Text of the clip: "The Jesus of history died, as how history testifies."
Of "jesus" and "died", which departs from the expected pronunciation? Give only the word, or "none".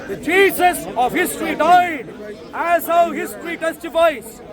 jesus